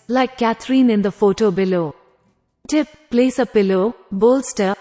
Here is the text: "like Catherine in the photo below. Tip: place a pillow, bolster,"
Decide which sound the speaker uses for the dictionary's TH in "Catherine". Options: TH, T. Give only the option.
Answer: T